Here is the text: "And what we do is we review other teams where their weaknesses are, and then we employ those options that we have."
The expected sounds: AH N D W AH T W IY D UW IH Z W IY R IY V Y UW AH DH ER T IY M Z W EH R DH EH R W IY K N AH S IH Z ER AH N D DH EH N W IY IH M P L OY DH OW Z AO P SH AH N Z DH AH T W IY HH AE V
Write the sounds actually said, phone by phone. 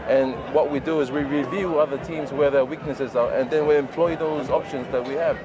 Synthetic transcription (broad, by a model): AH N W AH T W IY D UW IH Z W IY R IY V Y UW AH DH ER T IY M Z W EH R DH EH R W IY K N AH S IH Z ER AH N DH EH N W IY IH M P L OY DH OW Z AO P SH AH N Z DH AH T W IY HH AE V